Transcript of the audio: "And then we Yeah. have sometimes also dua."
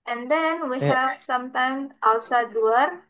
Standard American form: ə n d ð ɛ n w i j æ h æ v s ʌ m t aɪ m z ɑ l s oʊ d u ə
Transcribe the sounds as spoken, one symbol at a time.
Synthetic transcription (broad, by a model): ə n d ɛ n w i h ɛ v s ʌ m t aɪ m ɑ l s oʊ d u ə